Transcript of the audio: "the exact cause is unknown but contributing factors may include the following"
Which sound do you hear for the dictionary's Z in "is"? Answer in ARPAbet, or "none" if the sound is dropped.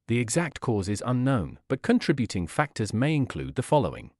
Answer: Z